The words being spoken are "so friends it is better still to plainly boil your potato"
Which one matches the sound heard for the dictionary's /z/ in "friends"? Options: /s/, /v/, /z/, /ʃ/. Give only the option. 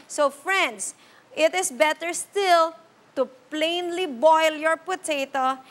/s/